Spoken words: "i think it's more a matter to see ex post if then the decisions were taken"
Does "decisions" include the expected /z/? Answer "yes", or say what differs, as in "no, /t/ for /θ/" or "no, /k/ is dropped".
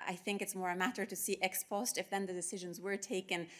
yes